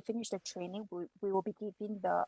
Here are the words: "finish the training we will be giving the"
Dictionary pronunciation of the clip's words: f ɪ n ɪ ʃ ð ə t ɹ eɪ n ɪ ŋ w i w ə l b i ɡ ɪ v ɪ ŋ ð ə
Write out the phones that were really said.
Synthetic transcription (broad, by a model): f ɪ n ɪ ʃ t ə t ɹ eɪ n ɪ ŋ w i w ə l b i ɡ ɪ p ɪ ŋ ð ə